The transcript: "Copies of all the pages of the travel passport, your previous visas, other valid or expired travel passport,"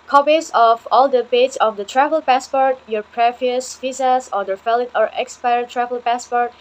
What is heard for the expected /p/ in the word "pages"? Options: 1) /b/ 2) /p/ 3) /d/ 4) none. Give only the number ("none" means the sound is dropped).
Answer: 1